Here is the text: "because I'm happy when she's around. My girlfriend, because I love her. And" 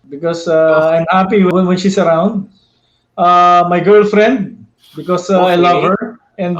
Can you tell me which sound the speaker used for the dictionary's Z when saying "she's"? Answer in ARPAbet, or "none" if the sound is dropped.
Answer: S